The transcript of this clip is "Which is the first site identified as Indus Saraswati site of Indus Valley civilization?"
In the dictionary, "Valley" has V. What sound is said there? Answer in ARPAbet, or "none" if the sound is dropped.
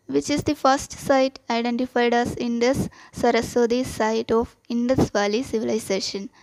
V